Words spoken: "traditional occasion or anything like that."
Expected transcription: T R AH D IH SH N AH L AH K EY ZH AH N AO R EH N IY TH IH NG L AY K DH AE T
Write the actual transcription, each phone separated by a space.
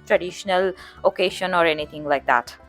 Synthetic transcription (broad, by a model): T R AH D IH SH N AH L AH K EY SH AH N AO R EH N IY T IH NG L AY K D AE T